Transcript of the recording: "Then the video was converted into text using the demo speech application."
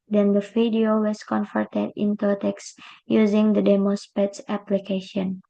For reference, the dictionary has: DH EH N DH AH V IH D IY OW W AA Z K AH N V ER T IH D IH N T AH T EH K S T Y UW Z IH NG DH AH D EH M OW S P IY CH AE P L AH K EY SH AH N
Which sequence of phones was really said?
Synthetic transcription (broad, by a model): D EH N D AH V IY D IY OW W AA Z K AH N F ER T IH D IH N T AH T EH K S Y UW Z IH NG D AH D EH M OW S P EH S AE P L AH K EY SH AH N